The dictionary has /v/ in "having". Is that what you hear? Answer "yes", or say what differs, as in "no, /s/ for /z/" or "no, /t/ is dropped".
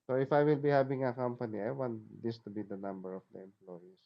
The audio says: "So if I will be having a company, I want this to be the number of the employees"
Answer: no, /b/ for /v/